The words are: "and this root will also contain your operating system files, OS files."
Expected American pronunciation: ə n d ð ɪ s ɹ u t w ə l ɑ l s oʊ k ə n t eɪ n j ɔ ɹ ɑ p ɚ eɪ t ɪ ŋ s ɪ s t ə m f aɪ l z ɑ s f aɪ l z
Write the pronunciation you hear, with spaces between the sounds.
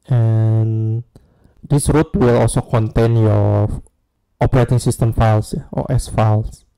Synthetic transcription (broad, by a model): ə n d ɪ s ɹ u t w ə l ɑ l s oʊ k ə n t eɪ n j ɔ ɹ ɑ p ɚ eɪ t ɪ ŋ s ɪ s t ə m f aɪ l s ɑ s f aɪ l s